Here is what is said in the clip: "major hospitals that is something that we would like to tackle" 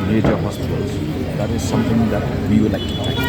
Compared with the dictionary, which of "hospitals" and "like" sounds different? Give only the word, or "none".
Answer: hospitals